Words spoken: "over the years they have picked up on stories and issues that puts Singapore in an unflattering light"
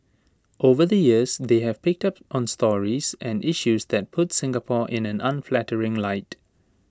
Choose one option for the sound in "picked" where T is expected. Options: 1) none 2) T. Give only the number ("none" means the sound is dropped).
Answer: 2